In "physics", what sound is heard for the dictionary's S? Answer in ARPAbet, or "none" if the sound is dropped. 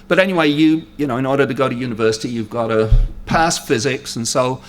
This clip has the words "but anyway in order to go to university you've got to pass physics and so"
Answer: S